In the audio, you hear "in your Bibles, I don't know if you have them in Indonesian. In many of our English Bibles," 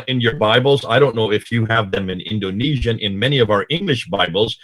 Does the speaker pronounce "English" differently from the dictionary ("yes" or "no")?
no